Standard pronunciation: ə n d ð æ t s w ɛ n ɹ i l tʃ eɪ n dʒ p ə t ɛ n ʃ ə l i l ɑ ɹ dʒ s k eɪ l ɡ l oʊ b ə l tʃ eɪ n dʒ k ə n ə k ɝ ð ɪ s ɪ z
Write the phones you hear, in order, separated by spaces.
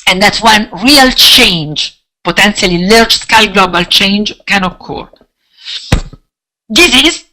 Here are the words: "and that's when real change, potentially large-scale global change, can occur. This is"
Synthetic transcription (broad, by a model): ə n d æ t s w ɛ n ɹ i l tʃ eɪ n dʒ p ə t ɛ n s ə l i l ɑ ɹ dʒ s k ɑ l ɡ l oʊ b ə l tʃ eɪ n dʒ k ə n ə k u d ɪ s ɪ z